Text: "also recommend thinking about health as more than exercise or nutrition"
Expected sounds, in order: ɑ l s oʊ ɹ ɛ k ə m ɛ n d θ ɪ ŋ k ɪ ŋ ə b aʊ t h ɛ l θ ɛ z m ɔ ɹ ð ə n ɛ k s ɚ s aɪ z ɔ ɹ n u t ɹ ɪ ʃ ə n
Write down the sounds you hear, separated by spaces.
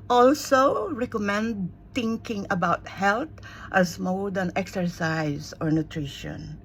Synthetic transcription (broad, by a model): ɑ l s oʊ ɹ ɛ k ə m ɛ n d t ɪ ŋ k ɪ ŋ ə b aʊ t h ɛ l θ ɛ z m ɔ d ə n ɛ k s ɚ s aɪ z ɔ ɹ n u t ɹ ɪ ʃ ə n